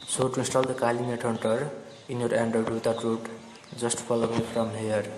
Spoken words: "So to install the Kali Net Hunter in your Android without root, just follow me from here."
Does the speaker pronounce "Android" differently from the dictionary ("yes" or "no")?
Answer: yes